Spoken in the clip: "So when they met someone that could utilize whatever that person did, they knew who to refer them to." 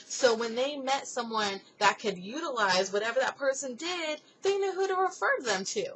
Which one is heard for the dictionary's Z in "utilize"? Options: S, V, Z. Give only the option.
Z